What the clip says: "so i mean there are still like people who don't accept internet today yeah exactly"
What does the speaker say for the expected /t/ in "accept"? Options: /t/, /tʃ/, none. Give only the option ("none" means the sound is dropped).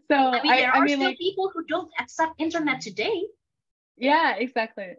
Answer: none